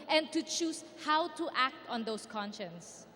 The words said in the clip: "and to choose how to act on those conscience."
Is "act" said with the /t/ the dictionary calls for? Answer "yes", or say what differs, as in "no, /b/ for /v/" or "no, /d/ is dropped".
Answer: yes